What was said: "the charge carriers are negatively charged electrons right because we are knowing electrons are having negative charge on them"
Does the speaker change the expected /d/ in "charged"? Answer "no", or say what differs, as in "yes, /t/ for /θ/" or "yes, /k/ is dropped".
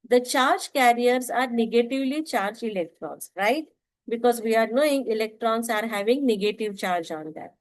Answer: yes, /d/ is dropped